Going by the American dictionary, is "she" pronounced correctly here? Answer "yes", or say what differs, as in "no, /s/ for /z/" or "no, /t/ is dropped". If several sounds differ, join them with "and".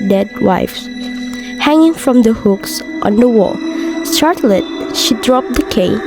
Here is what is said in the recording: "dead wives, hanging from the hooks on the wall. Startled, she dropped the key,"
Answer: yes